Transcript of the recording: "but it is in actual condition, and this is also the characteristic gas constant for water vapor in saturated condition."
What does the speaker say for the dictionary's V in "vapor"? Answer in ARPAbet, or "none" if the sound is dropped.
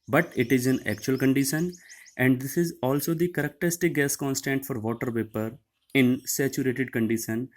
P